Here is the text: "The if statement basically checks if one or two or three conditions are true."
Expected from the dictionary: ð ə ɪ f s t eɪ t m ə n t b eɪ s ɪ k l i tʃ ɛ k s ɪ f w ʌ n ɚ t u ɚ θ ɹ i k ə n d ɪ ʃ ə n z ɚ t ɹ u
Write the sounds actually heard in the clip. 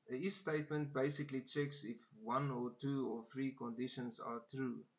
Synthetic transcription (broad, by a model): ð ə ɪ s t eɪ t m ə n t b eɪ s ɪ k l i tʃ ɛ k s ɪ f w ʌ n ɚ t u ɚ θ ɹ i k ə n d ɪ ʃ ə n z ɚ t ɹ u